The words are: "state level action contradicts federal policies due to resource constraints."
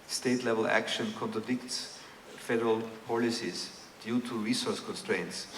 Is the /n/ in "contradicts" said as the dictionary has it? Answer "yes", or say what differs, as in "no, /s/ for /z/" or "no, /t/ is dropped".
yes